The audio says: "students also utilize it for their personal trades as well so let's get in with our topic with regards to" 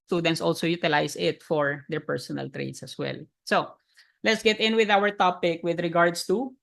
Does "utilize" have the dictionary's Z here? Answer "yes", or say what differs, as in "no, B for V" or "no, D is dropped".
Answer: no, S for Z